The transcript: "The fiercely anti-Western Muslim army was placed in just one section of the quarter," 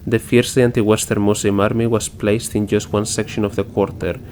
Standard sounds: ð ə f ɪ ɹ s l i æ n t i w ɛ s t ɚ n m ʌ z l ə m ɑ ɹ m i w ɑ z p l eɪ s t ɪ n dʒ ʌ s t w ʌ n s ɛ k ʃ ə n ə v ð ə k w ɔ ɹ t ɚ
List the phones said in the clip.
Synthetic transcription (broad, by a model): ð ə f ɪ ɹ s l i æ n t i w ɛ s t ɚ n m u s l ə m ɑ ɹ m i w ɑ s p l eɪ s t ɪ n dʒ ʌ s t w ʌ n s ɛ k ʃ ə n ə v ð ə k w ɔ ɹ t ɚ